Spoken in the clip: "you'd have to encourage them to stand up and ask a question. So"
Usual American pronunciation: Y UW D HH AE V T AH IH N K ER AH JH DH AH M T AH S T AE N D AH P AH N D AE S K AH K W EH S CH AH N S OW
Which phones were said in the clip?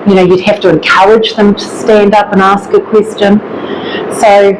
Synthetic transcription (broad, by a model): Y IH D HH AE F T AH IH N K ER AH JH DH AH M T AH S T AE N D AH P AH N AE S K AH K W EH S CH AH N S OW